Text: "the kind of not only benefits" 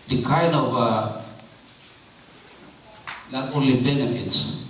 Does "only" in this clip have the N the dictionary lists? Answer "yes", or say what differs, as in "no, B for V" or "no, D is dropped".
no, N is dropped